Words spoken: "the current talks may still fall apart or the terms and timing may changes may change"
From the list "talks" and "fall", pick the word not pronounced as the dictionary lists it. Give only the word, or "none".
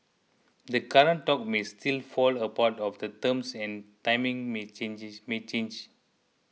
talks